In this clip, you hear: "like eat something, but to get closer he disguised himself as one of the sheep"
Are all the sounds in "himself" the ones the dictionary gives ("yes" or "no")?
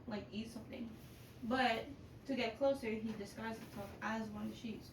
no